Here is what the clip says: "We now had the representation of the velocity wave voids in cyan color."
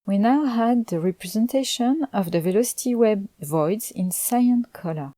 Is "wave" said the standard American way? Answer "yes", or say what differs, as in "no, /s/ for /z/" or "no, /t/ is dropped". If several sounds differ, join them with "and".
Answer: no, /b/ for /v/